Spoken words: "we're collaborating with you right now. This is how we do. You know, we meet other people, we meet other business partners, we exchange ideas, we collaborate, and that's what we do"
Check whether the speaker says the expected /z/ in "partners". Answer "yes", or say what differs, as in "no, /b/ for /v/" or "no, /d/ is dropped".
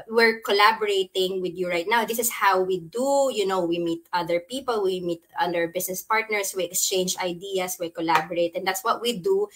no, /s/ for /z/